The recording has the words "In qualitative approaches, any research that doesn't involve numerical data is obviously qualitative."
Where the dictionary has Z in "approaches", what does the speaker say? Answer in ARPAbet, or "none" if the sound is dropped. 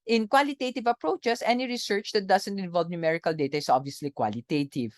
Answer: S